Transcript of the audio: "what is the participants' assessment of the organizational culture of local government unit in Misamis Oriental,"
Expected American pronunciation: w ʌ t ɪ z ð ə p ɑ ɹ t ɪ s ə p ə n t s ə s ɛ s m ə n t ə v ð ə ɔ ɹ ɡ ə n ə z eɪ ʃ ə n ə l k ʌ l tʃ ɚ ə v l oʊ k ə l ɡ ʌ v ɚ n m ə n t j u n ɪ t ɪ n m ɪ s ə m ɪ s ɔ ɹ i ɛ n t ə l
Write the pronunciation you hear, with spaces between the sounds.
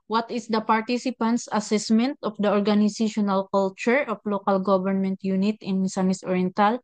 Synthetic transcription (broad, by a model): w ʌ t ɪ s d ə p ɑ ɹ t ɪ s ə p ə n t s ə s ɛ s m ə n t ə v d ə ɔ ɹ ɡ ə n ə s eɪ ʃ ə n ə l k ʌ l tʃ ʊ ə f l oʊ k ə l ɡ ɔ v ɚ n m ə n t j u n ɪ t ɪ n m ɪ s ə m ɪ s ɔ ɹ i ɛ n t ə l